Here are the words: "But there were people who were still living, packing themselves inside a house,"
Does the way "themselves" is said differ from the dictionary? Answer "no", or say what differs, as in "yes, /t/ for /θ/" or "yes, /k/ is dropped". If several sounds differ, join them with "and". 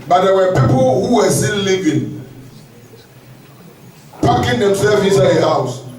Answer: yes, /l/ is dropped and /z/ is dropped